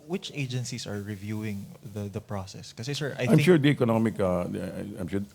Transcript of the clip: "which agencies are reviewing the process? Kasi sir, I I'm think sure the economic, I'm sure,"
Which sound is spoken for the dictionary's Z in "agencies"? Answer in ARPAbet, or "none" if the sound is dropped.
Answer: S